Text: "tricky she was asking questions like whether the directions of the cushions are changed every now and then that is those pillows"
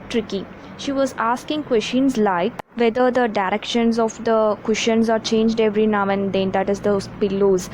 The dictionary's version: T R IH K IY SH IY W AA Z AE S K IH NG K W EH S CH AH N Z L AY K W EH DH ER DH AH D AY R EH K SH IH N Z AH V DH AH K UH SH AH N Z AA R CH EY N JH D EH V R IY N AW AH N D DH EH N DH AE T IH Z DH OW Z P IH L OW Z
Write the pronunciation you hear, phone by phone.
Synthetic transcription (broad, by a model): T R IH K IY SH IY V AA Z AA S K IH NG K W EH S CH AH N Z L AY K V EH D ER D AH D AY R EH K SH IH N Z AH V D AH K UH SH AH N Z AA R CH EY N JH D EH V R IY N AW AH N D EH N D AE T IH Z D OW P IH L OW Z